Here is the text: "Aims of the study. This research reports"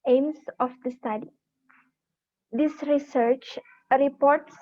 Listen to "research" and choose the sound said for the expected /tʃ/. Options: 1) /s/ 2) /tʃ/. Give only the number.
2